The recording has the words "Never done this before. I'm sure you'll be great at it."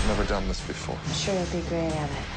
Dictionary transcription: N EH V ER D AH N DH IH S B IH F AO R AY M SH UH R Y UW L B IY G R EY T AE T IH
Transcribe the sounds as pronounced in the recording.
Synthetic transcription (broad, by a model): N EH V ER D AH N DH IH S B IH F AO R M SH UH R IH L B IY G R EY AE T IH